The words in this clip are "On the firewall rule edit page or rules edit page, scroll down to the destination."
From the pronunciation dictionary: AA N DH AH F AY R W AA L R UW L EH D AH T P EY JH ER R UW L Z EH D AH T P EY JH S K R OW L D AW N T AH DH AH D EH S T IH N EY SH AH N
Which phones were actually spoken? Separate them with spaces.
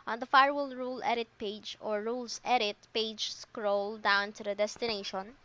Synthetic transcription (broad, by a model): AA N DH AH F AY R W AA L R UW L EH D AH T P EY JH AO R UW L S EH D AH T P EY JH S K R OW L D AW N T AH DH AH D EH S T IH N EY SH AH N